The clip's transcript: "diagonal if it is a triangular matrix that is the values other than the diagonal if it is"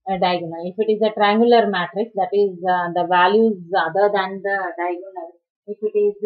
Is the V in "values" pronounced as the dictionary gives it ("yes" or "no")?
yes